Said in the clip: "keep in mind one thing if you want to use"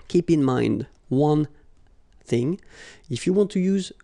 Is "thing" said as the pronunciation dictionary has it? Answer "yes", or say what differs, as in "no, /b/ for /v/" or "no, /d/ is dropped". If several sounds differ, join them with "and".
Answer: yes